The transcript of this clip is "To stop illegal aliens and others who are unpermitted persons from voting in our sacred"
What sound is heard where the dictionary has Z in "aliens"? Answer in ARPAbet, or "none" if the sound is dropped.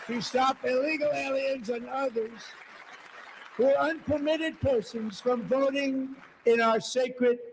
Z